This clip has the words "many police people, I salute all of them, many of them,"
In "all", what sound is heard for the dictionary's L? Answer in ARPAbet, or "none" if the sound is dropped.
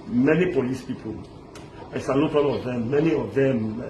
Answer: N